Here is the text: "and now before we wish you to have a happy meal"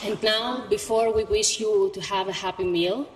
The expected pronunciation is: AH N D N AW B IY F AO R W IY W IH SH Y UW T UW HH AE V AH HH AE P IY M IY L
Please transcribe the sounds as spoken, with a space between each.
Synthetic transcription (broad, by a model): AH N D N AW B IY F AO R W IY W IH SH Y UW T UW HH AE V AH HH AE P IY M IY L